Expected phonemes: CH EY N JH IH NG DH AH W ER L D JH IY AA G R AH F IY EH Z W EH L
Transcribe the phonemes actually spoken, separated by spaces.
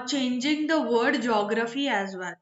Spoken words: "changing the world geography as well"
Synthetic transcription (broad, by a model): CH EY N JH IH NG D AH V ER D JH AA G R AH F IY EH Z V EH L